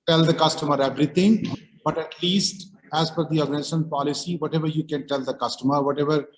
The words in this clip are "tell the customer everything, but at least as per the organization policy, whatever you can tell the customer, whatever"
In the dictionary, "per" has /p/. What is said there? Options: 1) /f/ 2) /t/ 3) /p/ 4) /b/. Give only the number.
1